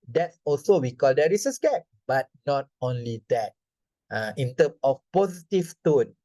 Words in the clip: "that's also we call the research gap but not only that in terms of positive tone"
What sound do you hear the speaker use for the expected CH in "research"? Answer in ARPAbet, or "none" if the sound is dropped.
S